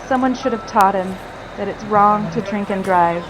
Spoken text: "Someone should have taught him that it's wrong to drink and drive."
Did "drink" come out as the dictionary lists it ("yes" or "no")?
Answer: yes